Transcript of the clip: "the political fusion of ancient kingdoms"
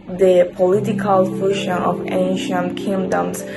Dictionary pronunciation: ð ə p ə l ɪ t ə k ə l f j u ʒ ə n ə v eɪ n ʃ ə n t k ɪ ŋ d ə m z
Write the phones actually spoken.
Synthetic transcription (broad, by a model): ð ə p ə l ɪ t ə k ə l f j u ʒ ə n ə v eɪ n ʃ ə n t k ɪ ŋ d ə m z